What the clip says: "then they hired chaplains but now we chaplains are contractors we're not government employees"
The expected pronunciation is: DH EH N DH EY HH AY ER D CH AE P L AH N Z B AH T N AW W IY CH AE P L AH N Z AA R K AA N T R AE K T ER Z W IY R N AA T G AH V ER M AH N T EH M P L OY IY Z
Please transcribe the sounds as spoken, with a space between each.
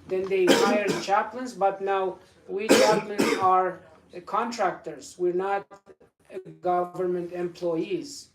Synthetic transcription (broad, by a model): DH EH N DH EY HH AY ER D CH AE P L AH N Z B AH T N AW W IY CH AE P L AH N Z AA R K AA N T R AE K T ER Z W IY R N AA T G AH V ER M AH N T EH M P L OY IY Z